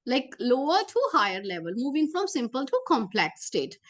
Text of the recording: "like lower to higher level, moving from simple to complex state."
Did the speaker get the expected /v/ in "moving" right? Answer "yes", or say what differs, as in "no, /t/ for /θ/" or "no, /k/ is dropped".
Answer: yes